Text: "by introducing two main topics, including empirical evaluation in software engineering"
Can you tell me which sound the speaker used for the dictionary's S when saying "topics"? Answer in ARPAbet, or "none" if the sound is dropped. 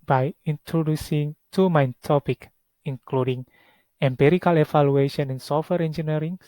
none